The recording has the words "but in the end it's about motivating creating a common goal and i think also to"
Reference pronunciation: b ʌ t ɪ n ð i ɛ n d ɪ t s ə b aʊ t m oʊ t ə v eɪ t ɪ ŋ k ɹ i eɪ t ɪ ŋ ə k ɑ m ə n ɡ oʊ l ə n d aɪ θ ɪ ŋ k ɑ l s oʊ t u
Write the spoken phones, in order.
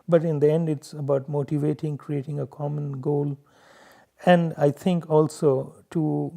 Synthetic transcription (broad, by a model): b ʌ t ɪ n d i ɛ n d ɪ t s ə b aʊ t m oʊ t ə v eɪ t ɪ ŋ k ɹ i eɪ t ɪ ŋ ə k ɑ m ə n ɡ oʊ l ə n d aɪ t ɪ ŋ k ɑ l s oʊ t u